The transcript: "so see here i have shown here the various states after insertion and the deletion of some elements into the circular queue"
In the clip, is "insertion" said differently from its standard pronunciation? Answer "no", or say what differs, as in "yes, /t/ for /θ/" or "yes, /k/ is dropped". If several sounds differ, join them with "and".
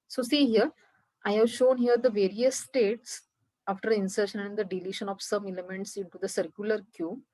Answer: no